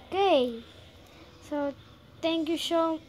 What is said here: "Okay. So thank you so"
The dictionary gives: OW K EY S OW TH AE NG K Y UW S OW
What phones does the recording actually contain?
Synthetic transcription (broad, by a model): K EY S OW T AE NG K Y UW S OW